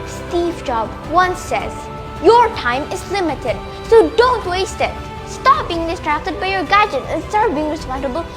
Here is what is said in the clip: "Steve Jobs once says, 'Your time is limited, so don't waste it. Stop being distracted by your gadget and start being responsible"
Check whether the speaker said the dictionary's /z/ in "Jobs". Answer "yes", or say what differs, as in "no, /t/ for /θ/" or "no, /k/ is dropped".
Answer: no, /z/ is dropped